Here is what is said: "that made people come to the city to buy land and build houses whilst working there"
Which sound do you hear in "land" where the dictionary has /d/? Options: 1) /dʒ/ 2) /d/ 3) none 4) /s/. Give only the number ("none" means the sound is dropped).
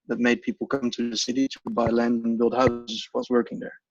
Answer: 2